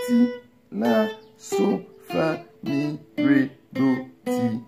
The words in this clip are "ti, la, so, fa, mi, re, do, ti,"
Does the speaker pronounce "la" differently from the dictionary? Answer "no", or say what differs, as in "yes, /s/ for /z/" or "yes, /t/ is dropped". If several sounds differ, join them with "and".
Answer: yes, /n/ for /l/